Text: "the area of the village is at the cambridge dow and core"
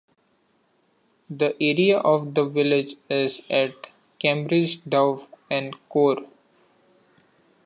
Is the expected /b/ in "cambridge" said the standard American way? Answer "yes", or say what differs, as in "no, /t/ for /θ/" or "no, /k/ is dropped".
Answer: yes